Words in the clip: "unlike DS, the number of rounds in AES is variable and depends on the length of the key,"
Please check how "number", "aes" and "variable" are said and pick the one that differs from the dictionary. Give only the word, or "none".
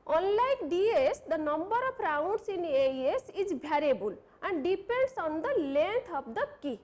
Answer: variable